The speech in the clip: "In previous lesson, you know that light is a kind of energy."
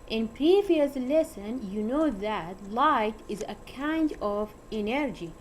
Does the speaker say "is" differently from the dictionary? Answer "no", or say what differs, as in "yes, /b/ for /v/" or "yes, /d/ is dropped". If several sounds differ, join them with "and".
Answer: no